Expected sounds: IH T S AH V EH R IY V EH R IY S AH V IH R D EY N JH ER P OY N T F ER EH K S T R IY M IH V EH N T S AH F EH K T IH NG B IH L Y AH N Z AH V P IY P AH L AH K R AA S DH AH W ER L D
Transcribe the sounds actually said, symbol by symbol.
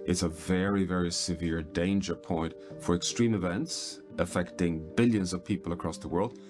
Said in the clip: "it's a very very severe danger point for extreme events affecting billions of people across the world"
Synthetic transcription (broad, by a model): IH T S AH V EH R IY V EH R IY S AH V IH R D EY N JH ER P OY N T F ER EH K S T R IY M IH V EH N T S AH F EH K T IH NG B IH L Y AH N Z AH V P IY P AH L AH K R AA S DH AH W ER L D